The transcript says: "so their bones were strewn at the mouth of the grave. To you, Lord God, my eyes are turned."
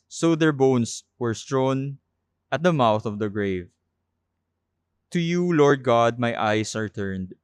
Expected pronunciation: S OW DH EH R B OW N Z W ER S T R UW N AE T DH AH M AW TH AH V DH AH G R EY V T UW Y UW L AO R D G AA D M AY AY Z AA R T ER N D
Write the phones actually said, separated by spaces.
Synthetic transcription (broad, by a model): S OW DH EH R B OW N S W ER S T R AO N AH T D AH M AW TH AH V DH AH G R EY V T UW Y UW L AO R D G AA D M AY AY S AA R T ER N D